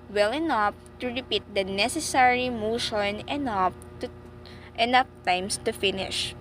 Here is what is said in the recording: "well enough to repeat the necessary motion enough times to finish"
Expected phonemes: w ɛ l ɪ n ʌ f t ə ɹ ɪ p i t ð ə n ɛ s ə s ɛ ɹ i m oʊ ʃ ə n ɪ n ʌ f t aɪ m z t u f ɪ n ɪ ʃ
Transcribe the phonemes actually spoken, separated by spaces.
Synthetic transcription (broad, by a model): w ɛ l ɪ n ʌ f t ə ɹ ɪ p i t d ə n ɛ s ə s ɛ ɹ i m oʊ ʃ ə n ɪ n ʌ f t aɪ m s t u f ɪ n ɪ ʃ